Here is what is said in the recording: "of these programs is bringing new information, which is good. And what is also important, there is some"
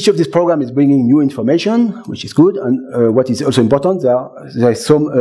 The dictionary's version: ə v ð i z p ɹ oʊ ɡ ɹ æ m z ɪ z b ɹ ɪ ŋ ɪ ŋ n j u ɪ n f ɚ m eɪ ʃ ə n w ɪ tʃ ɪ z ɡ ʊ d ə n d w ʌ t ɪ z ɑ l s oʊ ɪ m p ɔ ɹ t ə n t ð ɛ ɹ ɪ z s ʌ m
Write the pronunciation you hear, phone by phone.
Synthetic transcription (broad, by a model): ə v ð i s p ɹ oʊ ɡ ɹ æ m ɪ z b ɹ ɪ ŋ ɪ ŋ n j u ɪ n f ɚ m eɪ ʃ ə n w ɪ tʃ ɪ z ɡ ʊ d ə n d w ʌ t ɪ z ɑ l s oʊ ɪ m p ɔ ɹ t ə n t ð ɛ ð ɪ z s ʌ m